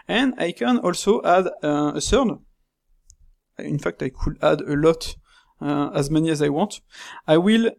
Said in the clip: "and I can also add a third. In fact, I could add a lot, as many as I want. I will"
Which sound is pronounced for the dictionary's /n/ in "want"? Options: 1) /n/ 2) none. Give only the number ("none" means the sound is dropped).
2